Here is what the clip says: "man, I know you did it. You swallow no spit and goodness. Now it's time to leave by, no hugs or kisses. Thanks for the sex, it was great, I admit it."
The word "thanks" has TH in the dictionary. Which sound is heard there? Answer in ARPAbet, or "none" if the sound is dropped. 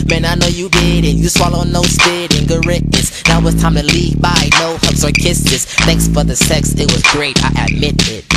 TH